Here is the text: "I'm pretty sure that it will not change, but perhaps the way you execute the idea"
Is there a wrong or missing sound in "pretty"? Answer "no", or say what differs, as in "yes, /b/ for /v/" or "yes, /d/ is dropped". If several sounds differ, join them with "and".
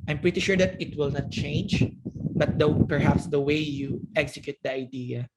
no